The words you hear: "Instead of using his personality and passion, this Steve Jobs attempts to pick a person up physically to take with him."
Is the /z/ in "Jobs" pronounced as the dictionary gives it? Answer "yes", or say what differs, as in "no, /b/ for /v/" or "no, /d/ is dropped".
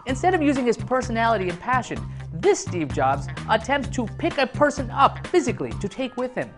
yes